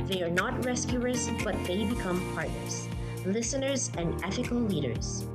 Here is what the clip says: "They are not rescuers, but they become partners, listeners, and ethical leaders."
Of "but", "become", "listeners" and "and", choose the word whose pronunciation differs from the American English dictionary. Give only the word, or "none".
none